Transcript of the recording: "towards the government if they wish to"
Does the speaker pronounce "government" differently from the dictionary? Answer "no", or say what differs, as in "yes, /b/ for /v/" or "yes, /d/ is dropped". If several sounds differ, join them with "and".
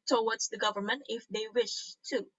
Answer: no